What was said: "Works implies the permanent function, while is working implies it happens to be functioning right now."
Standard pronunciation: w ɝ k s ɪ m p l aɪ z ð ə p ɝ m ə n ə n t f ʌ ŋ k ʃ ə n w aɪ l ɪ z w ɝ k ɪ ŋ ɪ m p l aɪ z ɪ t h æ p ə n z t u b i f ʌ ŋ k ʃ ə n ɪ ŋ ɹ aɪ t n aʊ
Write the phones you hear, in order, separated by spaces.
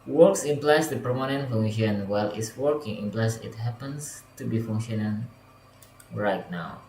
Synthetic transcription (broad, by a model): w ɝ k s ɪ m p l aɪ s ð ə p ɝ m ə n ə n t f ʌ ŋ ʃ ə n w aɪ l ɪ s w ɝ k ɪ ŋ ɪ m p l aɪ s ɪ t h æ p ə n s t u b i f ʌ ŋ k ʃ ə n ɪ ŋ ɹ aɪ t n aʊ